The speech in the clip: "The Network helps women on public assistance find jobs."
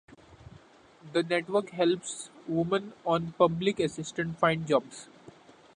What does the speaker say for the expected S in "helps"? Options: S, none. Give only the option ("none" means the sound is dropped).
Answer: S